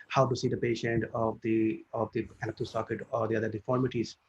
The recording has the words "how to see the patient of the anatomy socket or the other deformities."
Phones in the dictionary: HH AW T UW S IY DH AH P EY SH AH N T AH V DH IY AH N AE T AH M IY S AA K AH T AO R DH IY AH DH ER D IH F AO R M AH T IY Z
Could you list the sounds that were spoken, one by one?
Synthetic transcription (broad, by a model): HH AW T UW S IY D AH P EY SH AH N T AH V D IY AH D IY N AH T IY S AA K AH T AO R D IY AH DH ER D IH F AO R M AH T IY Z